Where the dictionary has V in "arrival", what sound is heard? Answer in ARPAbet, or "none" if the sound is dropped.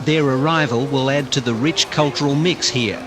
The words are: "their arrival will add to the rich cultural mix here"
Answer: V